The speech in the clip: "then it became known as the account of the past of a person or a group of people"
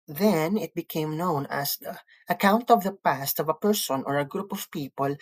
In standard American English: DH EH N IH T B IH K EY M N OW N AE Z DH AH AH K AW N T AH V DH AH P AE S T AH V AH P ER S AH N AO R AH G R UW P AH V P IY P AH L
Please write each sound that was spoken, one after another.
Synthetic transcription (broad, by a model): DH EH N IH T B IH K EY M N OW N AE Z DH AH AH K AW N T AH V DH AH P AE S T AH V AH P ER S AH N AO R AH G R UW P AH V P IY P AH L